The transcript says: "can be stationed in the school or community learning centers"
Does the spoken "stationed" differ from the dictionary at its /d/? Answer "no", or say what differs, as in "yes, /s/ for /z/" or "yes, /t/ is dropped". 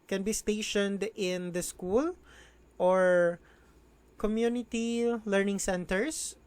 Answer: no